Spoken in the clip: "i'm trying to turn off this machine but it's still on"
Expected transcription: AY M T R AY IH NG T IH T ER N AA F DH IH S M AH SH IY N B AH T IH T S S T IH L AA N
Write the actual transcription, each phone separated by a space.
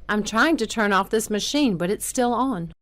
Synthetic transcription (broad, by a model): AY M T R AY IH NG T IH T ER N AA F DH IH S M AH SH IY N B AH T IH T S S T IH L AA N